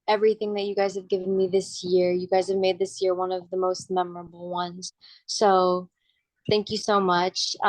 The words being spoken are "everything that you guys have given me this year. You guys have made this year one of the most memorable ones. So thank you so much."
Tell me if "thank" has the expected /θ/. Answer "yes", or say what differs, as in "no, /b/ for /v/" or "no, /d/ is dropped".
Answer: yes